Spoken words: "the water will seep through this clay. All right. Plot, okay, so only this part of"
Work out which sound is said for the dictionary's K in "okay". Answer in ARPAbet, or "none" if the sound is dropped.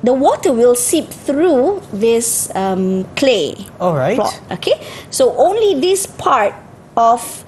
K